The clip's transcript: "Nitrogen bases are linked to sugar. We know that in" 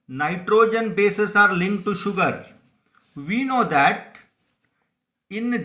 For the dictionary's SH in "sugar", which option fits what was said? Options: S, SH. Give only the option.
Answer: SH